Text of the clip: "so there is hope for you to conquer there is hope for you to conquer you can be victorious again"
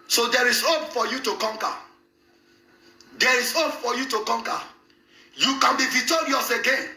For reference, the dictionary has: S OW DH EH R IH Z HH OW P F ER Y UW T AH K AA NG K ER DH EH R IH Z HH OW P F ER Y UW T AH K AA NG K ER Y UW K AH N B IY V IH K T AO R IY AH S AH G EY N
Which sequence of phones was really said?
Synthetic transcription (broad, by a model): S OW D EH R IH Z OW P F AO Y UW T AH K AA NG K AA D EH R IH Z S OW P F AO Y UW T AH K AA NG K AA Y UW K AH N B IY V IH T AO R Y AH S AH G EY N